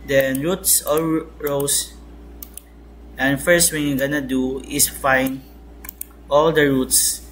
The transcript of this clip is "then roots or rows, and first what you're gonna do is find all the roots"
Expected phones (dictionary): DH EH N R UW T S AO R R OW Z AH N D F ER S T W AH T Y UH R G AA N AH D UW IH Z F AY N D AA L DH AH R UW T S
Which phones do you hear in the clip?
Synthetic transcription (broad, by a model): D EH N R UW T S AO L R OW S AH N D F ER S T W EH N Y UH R G AA N AH D UW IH S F AY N AA L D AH R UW T S